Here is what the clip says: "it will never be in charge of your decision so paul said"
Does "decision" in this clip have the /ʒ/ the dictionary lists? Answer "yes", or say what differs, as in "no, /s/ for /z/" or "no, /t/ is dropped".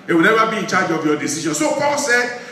no, /ʃ/ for /ʒ/